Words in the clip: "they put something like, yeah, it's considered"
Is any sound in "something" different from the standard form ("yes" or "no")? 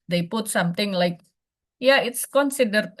yes